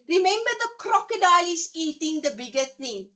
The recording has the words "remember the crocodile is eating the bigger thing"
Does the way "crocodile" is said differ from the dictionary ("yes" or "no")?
no